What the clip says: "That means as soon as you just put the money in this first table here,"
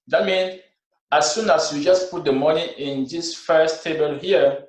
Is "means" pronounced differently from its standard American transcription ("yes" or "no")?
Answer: yes